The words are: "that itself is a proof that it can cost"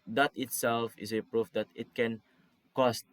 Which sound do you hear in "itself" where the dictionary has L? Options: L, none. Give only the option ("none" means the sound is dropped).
L